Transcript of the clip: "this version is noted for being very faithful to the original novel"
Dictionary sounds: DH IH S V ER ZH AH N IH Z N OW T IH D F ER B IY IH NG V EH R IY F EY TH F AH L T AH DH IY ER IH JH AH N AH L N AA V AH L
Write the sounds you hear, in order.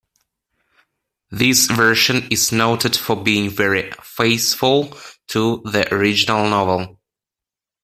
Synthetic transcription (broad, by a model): DH IH S V ER SH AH N IH Z N OW T IH D F ER B IY IH NG V EH R IY F EY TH F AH L T AH DH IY ER IH JH AH N AH L N AA V AH L